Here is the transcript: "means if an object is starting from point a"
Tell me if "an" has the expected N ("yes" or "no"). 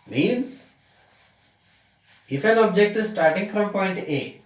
no